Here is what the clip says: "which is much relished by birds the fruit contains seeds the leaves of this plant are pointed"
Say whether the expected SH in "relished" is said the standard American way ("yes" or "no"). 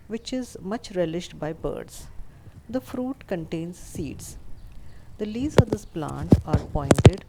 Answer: yes